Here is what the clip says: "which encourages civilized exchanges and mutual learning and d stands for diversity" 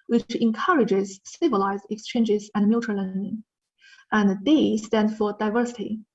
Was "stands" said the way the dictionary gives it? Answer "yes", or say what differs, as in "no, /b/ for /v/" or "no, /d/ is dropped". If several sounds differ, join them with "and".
no, /z/ is dropped